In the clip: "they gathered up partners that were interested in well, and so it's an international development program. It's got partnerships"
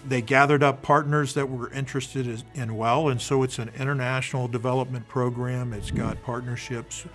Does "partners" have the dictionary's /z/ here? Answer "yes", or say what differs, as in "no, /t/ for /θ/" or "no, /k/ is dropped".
yes